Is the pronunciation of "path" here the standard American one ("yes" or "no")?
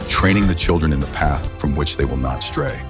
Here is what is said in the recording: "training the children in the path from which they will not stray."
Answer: yes